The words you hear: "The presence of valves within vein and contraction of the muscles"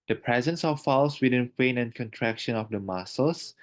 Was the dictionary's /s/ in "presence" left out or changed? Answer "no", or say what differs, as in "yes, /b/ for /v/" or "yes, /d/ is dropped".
no